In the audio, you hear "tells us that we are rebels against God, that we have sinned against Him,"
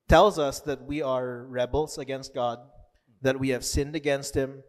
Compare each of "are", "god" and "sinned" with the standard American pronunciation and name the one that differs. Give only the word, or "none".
none